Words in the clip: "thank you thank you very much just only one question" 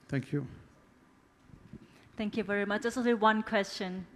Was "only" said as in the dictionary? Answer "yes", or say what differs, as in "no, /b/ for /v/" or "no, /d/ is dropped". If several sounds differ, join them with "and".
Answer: no, /n/ is dropped